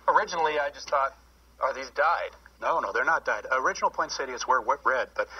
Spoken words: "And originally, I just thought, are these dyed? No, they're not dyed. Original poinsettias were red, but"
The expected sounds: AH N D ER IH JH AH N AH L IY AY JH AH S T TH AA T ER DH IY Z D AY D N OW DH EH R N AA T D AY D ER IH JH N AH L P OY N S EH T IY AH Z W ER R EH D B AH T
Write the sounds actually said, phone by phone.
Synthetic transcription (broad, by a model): AH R IH JH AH N L IY AY JH AH S T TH AA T ER DH IY Z D AY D N OW DH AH R N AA T D AY D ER IH JH N L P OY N S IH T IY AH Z W ER R EH D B AH T